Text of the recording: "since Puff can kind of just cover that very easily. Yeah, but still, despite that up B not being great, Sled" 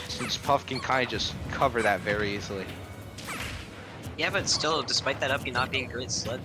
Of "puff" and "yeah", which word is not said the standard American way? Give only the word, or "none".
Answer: none